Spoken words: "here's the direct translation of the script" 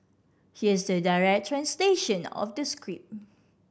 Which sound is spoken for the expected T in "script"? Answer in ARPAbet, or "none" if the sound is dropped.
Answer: none